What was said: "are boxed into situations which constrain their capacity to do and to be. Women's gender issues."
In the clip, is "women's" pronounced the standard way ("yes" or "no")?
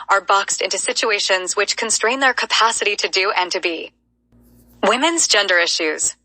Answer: yes